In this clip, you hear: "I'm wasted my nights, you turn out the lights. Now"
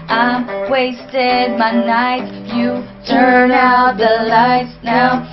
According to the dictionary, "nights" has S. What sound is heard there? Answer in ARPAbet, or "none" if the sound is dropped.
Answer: none